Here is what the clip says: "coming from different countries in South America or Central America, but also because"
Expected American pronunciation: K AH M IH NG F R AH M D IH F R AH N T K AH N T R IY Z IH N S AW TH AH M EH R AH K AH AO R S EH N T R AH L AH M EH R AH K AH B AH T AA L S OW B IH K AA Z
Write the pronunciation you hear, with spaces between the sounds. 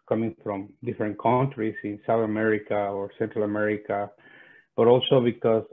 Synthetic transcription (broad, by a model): K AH M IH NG F R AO M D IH F R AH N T K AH N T R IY S IH N S AW TH AH M EH R AH K AH AO R S EH N T R AH L AH M EH R AH K AH B AH T AA L S OW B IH K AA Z